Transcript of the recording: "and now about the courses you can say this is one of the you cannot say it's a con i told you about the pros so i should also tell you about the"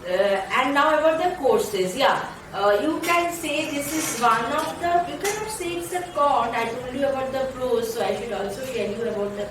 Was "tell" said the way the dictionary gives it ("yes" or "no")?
no